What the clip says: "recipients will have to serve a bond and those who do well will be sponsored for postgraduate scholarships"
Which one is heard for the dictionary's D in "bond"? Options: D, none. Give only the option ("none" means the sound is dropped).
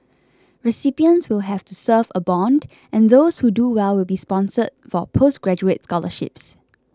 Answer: D